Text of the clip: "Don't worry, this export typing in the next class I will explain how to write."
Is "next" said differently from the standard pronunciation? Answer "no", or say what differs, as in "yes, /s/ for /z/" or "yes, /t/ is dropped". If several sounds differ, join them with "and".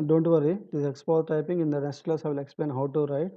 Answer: yes, /k/ is dropped